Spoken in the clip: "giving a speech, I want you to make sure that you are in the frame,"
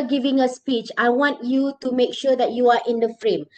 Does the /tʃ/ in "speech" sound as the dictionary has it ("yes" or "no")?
yes